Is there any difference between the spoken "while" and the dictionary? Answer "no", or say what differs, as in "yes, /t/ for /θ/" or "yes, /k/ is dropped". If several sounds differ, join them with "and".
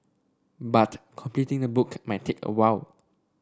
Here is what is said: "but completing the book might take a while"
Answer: yes, /w/ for /l/